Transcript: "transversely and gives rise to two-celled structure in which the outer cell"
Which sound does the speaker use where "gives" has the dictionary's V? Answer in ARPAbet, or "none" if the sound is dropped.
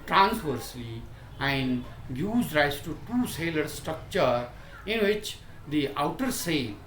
none